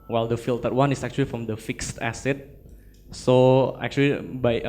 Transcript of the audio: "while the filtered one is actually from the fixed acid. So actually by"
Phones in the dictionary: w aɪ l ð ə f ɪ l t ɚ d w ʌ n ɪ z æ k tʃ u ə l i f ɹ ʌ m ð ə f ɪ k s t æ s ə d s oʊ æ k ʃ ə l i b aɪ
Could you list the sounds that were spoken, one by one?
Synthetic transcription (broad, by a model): w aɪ l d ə f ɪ l t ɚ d w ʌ n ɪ s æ k tʃ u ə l i f ɹ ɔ m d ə f ɪ k s t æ s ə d s oʊ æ k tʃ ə l i b aɪ